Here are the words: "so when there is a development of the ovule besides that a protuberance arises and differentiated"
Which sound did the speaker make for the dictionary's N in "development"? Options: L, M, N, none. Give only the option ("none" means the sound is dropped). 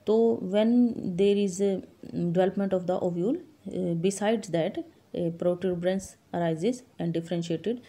N